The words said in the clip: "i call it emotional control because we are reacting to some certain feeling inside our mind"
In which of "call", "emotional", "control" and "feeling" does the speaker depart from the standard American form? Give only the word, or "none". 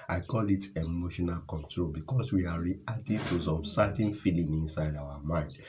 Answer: none